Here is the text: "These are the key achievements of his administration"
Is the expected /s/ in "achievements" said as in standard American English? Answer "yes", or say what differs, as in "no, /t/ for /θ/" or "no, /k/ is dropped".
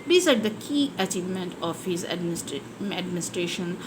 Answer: no, /s/ is dropped